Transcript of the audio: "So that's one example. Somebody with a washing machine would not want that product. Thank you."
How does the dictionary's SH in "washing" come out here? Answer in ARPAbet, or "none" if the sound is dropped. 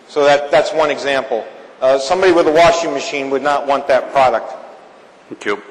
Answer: SH